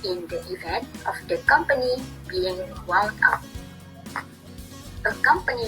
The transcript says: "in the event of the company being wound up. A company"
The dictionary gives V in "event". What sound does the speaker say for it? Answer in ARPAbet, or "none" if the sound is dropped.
V